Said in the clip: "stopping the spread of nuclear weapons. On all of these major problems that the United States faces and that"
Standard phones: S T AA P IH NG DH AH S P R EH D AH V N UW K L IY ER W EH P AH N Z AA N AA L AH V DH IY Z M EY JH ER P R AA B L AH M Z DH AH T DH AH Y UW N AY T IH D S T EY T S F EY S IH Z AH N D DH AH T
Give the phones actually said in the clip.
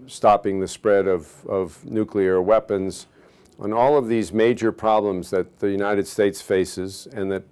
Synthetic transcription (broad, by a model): S T AA P IH NG DH AH S P R EH D AH V N UW K L IY ER W EH P AH N Z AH N AA L AH V DH IY Z M EY JH ER P R AA B L AH M Z DH AH T DH AH Y UW N AY T IH D S T EY T S F EY S IH Z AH N DH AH T